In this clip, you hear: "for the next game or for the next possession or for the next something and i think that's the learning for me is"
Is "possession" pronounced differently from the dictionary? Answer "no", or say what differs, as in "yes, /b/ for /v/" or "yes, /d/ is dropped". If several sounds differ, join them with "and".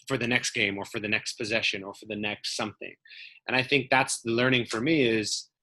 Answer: no